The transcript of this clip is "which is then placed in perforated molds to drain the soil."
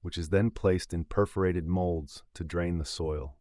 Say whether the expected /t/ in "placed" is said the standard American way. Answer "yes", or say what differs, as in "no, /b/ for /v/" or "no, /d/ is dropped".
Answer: yes